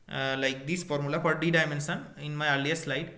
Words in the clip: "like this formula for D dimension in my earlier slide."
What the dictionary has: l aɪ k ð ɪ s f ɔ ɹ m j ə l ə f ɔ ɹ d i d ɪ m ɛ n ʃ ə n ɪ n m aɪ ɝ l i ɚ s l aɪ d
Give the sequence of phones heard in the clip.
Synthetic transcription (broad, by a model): l aɪ k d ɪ s f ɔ ɹ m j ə l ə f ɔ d d i d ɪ m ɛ n s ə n ɪ n m aɪ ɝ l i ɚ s l aɪ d